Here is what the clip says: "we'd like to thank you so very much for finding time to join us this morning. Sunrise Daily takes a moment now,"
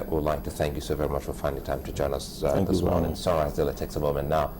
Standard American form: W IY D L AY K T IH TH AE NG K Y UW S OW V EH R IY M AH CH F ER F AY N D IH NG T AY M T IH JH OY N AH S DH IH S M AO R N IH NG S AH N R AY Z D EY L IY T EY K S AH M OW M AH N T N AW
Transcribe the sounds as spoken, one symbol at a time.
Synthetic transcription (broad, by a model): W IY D L AY K T IH TH AE NG K Y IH S OW V EH R IY M AH CH F ER F AY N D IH T AY M T IH JH OY N AH S DH IH S M AO R N IH NG S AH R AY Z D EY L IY T EY K S AH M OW M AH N N AW